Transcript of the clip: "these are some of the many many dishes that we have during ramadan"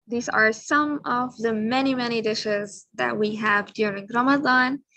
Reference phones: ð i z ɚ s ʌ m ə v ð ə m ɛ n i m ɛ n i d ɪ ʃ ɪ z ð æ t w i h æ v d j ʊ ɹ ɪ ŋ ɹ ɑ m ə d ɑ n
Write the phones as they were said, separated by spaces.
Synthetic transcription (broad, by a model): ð i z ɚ s ʌ m ə v ð ə m ɛ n i m ɛ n i d ɪ ʃ ɪ z ð æ t w i h æ v d j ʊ ɹ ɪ ŋ ɹ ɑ m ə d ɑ n